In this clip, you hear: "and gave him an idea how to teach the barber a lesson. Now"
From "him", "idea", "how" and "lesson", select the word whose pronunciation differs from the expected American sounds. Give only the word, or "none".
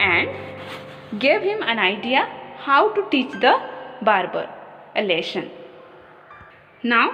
lesson